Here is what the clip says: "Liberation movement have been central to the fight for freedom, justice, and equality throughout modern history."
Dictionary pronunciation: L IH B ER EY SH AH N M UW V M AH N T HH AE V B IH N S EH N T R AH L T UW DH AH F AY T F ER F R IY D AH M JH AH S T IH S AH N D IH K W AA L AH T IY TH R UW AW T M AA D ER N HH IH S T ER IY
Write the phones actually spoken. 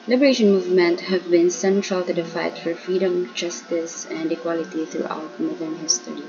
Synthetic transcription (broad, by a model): L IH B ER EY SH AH N M UW V M AH N T HH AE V B IH N S EH N T R AH L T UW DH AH F AY T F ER F R IY D AH M JH AH S T IH S AH N D IH K W AA L AH T IY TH R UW AW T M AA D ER N HH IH S T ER IY